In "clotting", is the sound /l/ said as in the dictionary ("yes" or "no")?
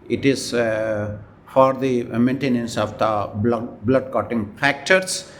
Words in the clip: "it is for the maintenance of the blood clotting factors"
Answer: no